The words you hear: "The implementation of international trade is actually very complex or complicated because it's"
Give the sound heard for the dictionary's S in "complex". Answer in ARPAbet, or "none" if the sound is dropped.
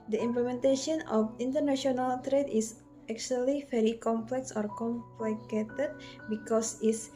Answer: S